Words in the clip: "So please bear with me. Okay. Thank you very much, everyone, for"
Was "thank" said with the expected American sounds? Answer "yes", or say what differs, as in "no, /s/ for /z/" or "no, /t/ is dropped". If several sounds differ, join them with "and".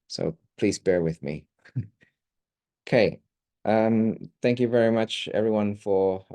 yes